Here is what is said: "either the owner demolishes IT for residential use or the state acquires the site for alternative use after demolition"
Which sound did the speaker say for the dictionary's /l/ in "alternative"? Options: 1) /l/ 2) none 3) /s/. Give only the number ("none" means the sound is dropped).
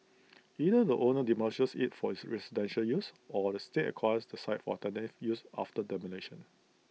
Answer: 2